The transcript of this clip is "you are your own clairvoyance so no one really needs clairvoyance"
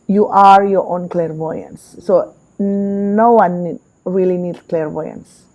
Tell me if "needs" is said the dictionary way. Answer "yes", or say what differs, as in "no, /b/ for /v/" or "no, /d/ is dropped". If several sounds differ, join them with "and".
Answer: no, /z/ is dropped